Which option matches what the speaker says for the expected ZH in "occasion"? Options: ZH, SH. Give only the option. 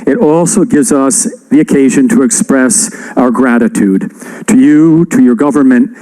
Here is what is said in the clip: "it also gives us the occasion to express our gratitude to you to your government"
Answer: ZH